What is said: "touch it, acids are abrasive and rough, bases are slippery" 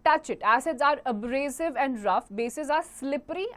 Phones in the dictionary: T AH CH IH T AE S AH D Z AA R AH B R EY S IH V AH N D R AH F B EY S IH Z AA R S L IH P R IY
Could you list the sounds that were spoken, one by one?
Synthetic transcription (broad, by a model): T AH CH IH T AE S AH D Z AA R AH B R EY S IH V AH N D R AH F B EY S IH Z AA R S L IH P R IY